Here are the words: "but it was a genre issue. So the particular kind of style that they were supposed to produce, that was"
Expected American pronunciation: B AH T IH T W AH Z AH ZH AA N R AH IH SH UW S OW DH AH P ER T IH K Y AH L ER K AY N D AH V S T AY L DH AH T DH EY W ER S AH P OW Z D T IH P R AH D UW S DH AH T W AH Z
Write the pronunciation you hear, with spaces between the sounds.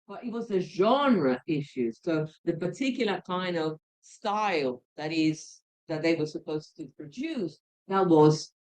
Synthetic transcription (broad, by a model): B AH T IH T W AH Z AH ZH AA N R AH IH SH UW S OW DH AH P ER T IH K Y L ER K AY N D AH V S T AY L DH AH T DH EY W ER S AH P OW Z T IH P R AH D UW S DH AH T W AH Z